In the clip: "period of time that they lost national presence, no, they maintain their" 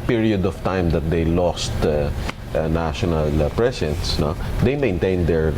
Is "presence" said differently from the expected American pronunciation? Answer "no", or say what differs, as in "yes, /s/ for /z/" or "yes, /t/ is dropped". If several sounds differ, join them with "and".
yes, /s/ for /z/